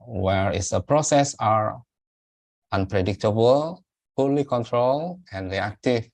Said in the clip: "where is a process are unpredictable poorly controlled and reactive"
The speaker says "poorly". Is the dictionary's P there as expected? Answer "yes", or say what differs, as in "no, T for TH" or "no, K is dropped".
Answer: no, F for P